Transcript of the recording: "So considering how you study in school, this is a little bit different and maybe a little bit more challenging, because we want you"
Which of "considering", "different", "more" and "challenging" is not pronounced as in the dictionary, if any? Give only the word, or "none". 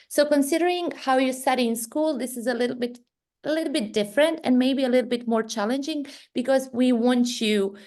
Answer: none